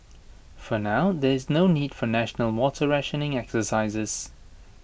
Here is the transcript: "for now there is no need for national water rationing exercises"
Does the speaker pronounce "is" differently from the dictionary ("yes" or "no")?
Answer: no